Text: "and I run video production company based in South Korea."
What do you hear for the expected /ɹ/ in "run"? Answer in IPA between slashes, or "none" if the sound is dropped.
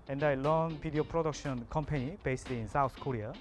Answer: /l/